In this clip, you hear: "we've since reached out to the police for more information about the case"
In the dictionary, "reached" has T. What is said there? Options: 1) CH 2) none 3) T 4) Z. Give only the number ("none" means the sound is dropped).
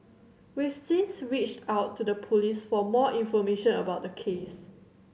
3